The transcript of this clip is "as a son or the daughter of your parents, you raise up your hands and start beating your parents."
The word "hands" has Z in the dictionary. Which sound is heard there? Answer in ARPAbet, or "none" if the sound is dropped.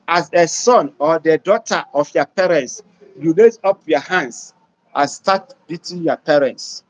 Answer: S